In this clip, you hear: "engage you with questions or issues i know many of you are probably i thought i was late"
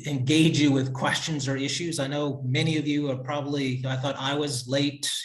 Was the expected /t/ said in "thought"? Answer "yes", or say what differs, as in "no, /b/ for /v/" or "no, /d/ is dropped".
yes